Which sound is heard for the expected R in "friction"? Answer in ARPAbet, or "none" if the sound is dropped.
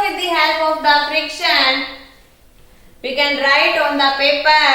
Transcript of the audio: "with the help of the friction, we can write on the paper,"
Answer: R